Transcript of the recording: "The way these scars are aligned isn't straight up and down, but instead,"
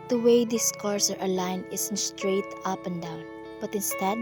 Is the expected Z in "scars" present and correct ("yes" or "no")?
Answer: no